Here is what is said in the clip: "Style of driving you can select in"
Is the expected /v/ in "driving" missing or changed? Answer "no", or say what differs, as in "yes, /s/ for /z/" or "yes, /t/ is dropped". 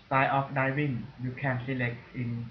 yes, /w/ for /v/